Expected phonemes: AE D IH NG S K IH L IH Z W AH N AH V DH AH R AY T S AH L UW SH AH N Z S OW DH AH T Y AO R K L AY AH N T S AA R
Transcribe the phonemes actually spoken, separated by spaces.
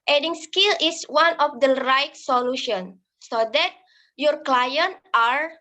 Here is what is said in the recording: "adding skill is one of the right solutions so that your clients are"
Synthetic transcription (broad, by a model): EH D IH NG S K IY L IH S W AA N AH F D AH R AY T S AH L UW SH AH N S OW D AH T Y AO R K L AY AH N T AA R